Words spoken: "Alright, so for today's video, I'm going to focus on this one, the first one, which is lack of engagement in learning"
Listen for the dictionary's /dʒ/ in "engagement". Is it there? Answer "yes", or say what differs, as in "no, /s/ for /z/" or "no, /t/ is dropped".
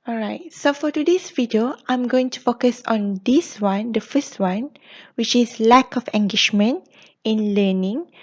no, /ʃ/ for /dʒ/